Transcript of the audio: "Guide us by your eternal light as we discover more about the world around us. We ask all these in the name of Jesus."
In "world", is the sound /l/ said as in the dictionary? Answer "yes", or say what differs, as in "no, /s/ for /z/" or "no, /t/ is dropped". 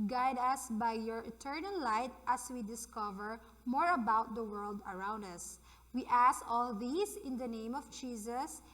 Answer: yes